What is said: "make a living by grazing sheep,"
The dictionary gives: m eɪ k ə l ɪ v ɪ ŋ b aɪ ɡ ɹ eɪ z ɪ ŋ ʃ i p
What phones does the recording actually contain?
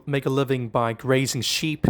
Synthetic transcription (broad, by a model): m eɪ k ə l ɪ v ɪ ŋ b aɪ ɡ ɹ eɪ z ɪ ŋ ʃ i p